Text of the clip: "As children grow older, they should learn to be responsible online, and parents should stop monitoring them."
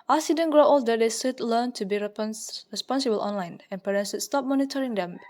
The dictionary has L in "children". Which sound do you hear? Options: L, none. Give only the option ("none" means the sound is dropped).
none